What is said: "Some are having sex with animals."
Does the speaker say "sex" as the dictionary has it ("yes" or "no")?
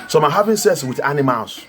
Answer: no